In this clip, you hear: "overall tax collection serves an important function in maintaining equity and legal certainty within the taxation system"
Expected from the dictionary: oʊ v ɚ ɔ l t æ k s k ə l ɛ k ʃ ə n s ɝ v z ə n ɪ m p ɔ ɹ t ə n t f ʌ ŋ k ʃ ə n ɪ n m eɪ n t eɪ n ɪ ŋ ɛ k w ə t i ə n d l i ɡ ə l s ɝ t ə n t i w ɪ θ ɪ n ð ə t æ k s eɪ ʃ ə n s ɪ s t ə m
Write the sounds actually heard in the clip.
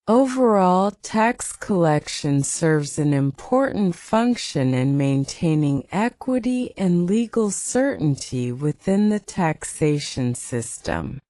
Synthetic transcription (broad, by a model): oʊ v ɚ ɔ l t æ k s k ə l ɛ k ʃ ə n s ɝ v z ə n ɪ m p ɔ ɹ t n t f ʌ ŋ k ʃ ə n ɪ n m eɪ n t eɪ n ɪ ŋ ɛ k w ə t i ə n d l i ɡ l s ɝ t n t i w ɪ θ ɪ n ð ə t æ k s eɪ ʃ ə n s ɪ s t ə m